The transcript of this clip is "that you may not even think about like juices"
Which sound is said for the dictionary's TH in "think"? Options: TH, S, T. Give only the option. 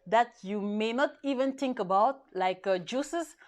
T